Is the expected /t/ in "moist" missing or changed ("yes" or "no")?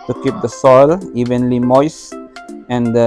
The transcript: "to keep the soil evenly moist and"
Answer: yes